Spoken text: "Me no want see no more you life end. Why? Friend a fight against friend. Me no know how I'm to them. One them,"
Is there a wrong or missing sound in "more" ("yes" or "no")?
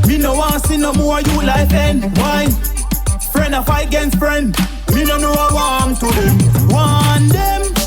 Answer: yes